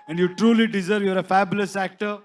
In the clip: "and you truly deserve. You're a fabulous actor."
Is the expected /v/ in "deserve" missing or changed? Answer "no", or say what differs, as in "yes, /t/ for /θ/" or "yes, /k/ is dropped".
no